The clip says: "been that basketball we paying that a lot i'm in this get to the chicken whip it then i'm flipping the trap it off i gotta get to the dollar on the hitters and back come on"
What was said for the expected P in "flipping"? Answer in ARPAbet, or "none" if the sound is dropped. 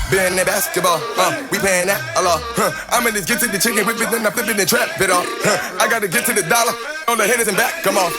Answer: B